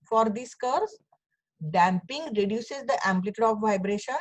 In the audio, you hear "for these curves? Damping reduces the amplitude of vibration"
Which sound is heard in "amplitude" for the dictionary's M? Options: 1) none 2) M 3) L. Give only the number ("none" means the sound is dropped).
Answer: 2